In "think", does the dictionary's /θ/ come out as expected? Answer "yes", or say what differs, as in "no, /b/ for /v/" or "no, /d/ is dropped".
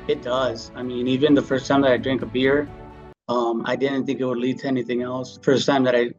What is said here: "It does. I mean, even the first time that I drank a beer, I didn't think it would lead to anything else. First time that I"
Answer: yes